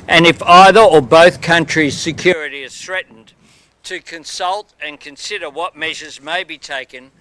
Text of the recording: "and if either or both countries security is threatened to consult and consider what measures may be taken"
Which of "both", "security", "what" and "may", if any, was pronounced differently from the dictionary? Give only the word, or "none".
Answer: none